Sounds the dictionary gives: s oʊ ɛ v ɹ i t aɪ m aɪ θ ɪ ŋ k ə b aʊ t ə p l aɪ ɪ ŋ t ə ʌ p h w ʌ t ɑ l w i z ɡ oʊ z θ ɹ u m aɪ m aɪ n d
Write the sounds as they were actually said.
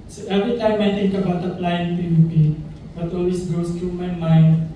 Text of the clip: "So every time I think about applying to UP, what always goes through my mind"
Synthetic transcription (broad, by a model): s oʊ ɛ v ɹ i t aɪ m aɪ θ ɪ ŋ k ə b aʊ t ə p l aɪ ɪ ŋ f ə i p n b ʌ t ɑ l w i s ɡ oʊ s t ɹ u m aɪ m aɪ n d